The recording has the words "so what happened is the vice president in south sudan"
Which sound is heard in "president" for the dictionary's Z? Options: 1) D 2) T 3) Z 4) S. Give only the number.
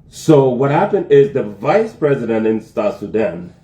3